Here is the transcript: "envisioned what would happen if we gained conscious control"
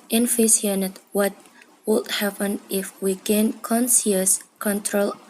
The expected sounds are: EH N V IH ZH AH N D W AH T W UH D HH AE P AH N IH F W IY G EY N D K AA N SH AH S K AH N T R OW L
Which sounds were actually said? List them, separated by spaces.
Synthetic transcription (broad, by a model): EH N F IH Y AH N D W AH T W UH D HH AE P AH N IH F W IY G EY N K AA N S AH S K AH N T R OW L